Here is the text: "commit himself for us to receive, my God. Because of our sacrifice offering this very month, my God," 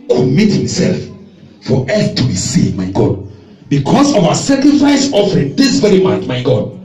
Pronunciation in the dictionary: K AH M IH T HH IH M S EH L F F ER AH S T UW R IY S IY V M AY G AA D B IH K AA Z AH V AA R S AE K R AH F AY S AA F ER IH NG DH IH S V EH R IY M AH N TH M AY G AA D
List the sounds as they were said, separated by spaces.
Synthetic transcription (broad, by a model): K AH M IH T HH IH M S EH L F F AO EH TH T UW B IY S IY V M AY G AA D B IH K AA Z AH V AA S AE K R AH F AY S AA F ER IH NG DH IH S V EH R IY M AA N T M AY G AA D